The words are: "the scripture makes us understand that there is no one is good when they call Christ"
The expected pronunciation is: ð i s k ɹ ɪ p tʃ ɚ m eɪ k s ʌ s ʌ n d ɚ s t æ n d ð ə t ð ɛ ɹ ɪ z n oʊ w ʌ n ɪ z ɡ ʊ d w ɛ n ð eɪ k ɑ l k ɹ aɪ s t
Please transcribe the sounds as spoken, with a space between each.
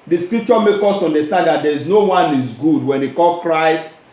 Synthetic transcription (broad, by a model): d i s k ɹ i p tʃ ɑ m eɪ k ɔ s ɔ n d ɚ s t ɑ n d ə t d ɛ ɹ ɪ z n oʊ w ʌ n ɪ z ɡ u d w ɛ n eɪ k ɑ l k ɹ aɪ s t